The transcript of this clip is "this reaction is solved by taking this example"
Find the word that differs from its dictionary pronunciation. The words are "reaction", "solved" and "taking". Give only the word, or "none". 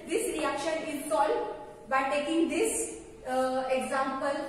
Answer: solved